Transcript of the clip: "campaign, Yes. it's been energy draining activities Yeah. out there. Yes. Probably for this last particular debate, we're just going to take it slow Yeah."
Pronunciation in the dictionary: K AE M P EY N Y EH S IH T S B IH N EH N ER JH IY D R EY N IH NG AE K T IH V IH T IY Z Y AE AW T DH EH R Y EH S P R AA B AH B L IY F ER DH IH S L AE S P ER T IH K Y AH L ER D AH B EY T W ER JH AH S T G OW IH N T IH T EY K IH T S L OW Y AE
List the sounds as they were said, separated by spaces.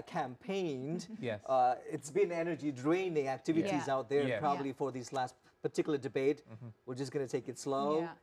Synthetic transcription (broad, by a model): K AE M P EY N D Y IH T S B IH N EH N ER JH IY D R EY N IH NG AE K T IH V IH T IY Z AW T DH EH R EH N P R AA B AH B L IY F ER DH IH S L AE S P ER T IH K Y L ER D AH B EY T W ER JH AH S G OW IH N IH T EY K IH T S L OW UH